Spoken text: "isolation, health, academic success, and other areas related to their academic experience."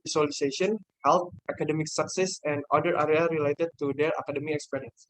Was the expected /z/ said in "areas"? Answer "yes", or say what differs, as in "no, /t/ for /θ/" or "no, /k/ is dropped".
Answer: no, /z/ is dropped